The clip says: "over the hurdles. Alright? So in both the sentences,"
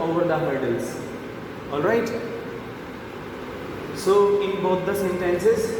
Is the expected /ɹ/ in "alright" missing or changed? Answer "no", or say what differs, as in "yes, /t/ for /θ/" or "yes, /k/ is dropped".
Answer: no